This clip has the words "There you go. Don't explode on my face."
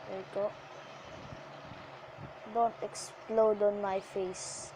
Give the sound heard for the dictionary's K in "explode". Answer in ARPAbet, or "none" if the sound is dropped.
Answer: K